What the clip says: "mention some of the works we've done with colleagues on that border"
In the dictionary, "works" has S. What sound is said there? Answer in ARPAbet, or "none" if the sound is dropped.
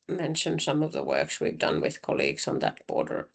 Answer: S